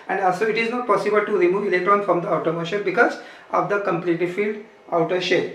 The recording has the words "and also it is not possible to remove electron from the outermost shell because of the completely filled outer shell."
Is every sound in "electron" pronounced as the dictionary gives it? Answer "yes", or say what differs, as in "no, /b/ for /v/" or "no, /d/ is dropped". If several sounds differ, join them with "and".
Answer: no, /k/ is dropped